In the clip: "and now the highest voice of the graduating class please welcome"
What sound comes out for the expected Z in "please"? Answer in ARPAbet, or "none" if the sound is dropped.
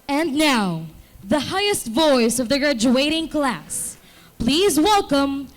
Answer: Z